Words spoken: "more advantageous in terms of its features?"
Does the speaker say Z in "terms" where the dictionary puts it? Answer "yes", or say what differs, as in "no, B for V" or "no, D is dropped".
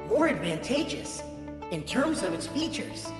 yes